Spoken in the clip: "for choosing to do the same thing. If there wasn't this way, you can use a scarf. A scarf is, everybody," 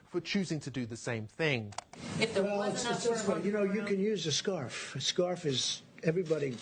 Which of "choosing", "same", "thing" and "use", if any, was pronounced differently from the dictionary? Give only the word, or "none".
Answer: none